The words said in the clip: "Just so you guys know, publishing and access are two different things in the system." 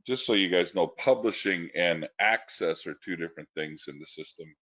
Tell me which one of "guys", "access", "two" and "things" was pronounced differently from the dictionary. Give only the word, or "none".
none